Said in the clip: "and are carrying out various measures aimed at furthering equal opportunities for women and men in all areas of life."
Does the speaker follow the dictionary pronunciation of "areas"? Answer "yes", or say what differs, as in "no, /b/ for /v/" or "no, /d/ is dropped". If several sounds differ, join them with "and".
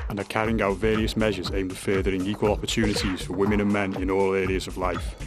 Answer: yes